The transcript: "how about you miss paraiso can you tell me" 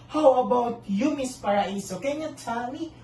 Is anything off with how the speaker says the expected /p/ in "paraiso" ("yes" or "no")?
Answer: no